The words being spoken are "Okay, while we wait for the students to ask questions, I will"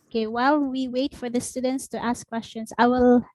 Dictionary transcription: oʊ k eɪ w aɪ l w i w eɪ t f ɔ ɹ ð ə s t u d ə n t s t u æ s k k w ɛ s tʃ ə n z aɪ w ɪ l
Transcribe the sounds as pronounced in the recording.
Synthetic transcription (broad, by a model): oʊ k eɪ w aɪ l w i w eɪ t f ɔ ɹ ð ə s t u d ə n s t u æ s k k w ɛ s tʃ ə n s aɪ w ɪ l